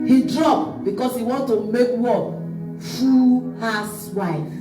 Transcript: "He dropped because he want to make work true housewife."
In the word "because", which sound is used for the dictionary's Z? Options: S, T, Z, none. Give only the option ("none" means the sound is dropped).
S